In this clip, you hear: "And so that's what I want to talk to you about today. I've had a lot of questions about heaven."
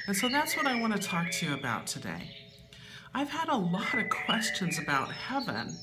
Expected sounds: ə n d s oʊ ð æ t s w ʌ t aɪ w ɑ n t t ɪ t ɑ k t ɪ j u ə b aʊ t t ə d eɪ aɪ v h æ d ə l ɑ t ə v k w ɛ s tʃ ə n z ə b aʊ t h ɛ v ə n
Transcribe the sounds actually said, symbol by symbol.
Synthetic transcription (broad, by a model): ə n s oʊ ð æ t s w ʌ t aɪ w ɑ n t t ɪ t ɑ k t ɪ j u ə b aʊ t t ə d eɪ aɪ v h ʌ d ə l ɑ t ə v k w ɛ s tʃ ə n z ə b aʊ t h ɛ v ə n